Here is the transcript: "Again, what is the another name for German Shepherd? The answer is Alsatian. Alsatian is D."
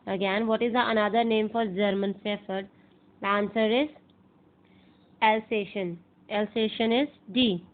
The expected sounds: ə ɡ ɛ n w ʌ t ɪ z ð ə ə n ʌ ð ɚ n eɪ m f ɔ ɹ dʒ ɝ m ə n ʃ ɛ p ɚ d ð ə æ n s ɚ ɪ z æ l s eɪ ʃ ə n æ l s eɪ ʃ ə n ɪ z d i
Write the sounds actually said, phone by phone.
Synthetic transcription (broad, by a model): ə ɡ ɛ n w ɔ t ɪ z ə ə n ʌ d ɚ n eɪ m f ɔ ɹ dʒ ɝ m ə n s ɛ f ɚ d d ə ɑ n s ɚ ɪ z æ l s eɪ ʃ ə n æ l s eɪ ʃ ə n ɪ z d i